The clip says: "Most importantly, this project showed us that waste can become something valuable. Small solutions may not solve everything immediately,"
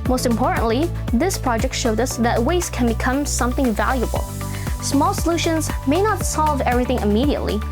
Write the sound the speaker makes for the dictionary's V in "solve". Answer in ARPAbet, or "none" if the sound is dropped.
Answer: V